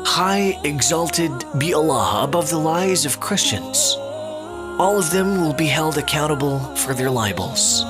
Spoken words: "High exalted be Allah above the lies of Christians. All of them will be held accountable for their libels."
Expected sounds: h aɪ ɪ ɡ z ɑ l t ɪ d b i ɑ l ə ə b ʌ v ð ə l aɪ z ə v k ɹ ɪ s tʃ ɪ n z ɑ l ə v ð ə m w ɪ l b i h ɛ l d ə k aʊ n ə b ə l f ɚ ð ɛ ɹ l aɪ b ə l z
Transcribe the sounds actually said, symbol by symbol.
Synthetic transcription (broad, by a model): h aɪ ɪ ɡ z ɑ l t ɪ d b i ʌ l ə ə b ʌ v ð ə l aɪ z ə v k ɹ ɪ s tʃ ɪ n z ɑ l ə v ð ə m w ɪ l b i h ɛ l d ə k aʊ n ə b l f ɚ ð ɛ ɹ l aɪ b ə l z